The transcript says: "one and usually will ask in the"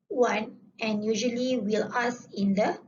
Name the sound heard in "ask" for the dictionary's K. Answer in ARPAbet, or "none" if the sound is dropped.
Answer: none